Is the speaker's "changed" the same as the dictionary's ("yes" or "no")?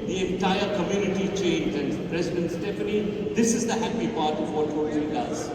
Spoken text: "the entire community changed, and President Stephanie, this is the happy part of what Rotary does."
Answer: no